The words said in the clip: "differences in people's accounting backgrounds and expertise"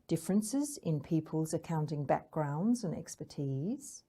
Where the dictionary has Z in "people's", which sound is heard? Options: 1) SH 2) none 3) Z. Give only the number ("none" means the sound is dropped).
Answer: 3